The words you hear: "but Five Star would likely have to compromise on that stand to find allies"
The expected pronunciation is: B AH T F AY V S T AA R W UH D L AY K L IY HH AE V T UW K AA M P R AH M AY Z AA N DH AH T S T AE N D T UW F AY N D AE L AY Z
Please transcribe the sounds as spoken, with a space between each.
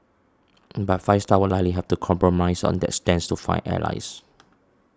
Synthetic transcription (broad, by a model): B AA T F AY S T AA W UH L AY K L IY HH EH F T UW K AA M P R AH M AY S AA N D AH T S T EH N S T UW F AY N EH L AY S